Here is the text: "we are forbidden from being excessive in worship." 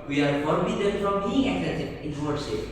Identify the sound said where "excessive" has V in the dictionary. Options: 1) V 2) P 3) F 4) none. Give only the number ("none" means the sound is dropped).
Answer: 4